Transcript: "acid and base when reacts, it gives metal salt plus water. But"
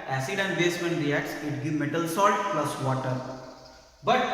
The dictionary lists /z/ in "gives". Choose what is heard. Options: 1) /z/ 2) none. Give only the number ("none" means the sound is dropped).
2